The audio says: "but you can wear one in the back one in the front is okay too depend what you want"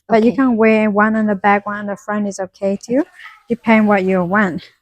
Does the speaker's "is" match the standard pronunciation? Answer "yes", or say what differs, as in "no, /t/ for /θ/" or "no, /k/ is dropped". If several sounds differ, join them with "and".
yes